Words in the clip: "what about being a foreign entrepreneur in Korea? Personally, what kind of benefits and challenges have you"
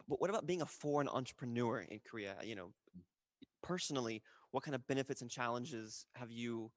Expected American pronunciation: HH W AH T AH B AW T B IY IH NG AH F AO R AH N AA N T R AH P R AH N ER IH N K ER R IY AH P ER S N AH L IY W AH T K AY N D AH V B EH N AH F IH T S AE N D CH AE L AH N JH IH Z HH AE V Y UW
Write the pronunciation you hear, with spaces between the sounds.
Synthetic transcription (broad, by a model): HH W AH T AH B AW T B IY IH NG AH F AO R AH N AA N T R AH P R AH N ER IH N K ER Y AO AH P ER S N L IY W AH T K AY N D AH V B EH N AH F IH T S N CH AE L AH N JH IH Z HH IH V Y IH